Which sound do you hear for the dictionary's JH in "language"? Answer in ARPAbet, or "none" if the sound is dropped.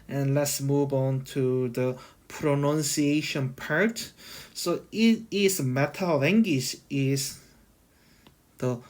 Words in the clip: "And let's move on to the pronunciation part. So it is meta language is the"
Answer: SH